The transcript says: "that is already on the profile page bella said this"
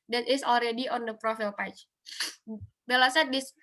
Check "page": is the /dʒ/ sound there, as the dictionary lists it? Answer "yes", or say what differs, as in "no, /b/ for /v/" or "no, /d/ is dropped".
no, /tʃ/ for /dʒ/